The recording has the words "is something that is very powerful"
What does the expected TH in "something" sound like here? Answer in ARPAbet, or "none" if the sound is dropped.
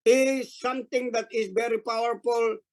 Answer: T